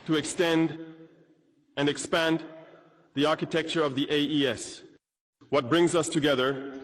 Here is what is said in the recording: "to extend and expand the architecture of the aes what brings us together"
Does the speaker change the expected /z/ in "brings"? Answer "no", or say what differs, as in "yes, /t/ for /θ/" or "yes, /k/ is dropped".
no